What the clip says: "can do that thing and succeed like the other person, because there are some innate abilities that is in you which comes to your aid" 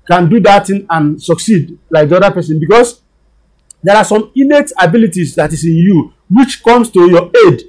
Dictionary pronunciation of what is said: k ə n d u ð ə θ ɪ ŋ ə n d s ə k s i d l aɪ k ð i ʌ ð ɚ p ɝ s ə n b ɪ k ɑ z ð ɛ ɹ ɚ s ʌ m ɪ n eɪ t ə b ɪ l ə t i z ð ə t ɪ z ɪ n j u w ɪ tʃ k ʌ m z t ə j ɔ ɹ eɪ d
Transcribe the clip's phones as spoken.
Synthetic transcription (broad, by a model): k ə n d u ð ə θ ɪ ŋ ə n s ə k s i d l aɪ k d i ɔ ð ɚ p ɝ s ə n b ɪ k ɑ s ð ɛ ɹ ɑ s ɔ m ɪ n eɪ t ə b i l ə t i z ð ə t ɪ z ɪ n j u w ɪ tʃ k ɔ m s t ə j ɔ eɪ d